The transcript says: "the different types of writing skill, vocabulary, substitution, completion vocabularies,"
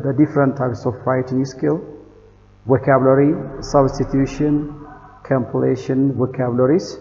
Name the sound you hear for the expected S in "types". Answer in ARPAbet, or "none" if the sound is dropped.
S